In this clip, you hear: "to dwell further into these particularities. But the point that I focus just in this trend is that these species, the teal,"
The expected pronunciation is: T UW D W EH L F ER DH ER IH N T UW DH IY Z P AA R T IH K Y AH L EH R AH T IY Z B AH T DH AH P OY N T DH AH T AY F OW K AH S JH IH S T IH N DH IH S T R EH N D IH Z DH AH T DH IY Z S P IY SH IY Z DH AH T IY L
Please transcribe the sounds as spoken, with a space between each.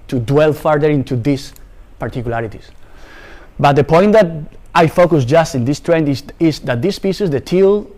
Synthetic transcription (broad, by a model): T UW D W EH L F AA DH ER IH N T UW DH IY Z P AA R T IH K Y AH L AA R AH T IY S B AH T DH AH P OY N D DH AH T AY F OW K AH S JH IH S T IH N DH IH S T R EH N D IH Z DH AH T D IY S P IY S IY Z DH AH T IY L